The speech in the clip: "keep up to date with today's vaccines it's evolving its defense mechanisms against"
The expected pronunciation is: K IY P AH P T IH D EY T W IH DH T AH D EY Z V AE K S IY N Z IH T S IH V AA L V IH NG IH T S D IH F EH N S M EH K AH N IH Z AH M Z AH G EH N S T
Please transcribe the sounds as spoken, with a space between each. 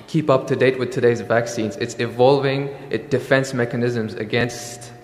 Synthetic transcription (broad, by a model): K IY P AH P T IH D EY T W IH DH T AH D EY Z V AE K S IY N Z IH T S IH V AA L V IH NG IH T D IH F EH N S M EH K AH N IH Z AH M Z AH G EH N S T